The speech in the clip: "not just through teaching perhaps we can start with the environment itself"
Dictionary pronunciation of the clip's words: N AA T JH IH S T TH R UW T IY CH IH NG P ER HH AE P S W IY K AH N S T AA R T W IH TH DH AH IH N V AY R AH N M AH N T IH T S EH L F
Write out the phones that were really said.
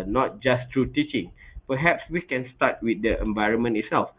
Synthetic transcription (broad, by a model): N AA T JH IH S T R UW T IY CH IH NG P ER HH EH P S W IY K AH N S T AA T W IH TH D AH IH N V AY R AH N M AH N IH T S EH L F